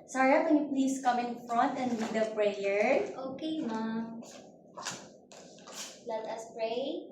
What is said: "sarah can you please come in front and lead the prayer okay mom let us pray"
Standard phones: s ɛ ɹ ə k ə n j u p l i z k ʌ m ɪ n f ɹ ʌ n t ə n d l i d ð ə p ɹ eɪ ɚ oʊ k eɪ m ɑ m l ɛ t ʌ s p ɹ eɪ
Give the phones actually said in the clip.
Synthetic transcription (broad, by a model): s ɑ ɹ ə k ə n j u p l i s k ʌ m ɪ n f ɹ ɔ n t ə n d w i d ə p ɹ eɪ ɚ oʊ k eɪ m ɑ l ɛ t ʌ s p ɹ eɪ